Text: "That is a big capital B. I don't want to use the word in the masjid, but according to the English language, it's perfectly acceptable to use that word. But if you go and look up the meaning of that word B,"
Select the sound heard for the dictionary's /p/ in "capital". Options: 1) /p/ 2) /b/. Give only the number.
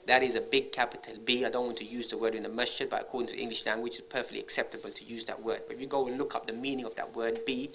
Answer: 1